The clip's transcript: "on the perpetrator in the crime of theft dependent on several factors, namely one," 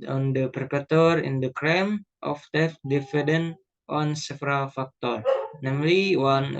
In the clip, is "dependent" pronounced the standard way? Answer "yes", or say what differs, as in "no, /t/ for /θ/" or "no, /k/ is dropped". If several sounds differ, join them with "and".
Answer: no, /f/ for /p/ and /n/ is dropped